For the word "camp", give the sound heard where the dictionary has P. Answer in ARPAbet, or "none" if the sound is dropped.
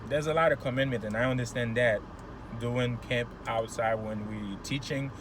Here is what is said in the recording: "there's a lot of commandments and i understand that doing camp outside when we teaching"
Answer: P